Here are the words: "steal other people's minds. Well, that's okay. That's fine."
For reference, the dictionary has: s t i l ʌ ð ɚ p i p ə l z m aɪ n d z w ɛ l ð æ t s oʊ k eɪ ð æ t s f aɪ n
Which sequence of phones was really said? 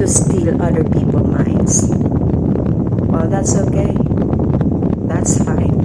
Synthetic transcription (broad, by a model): s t i l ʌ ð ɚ p i p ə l m aɪ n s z w ɛ l ð æ t s oʊ k eɪ ð æ t s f aɪ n